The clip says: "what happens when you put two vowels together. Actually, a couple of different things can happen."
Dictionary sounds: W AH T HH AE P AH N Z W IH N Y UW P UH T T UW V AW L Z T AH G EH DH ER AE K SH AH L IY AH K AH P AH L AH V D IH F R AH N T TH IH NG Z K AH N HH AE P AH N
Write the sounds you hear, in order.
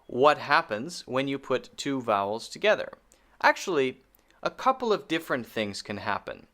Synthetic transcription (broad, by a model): W AH T HH AE P AH N Z W IH N Y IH P UH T T UW V AW L Z T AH G EH DH ER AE K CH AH L IY AH K AH P L AH V D IH F R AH N TH IH NG Z K AH N HH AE P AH N